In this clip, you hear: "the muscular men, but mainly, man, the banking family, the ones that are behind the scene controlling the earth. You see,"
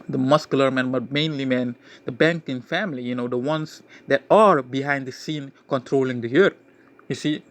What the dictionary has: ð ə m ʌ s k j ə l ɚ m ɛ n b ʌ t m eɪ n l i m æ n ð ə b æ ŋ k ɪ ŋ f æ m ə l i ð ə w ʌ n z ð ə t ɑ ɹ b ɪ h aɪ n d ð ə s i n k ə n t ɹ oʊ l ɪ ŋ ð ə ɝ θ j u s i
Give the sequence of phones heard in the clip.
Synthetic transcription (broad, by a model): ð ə m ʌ s k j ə l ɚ m ɛ n b ʌ t m eɪ n l i m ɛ n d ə b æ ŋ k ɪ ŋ f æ m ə n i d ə w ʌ n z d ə t ɑ ɹ b ɪ h aɪ n d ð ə s i n k ə n t ɹ oʊ l ɪ ŋ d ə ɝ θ j u s i